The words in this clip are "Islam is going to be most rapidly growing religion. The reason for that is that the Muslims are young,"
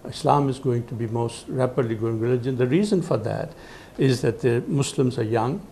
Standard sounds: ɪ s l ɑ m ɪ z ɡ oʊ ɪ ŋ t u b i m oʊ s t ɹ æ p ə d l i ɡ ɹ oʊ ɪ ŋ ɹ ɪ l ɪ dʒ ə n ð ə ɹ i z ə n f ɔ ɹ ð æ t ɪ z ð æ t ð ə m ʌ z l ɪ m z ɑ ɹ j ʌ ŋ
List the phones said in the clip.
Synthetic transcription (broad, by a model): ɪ s l ɑ m ɪ z ɡ oʊ ɪ ŋ t u b i m oʊ s t ɹ æ p ə d l i ɡ oʊ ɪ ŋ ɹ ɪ l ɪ dʒ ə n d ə ɹ i z ə n f ɔ ɹ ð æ t ɪ z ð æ t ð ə m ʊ s l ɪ m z ɑ ɹ j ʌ ŋ